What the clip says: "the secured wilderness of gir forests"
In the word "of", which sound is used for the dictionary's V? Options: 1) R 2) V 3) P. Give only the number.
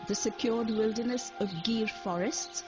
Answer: 2